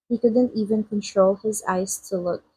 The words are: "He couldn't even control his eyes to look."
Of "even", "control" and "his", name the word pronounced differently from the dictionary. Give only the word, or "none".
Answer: none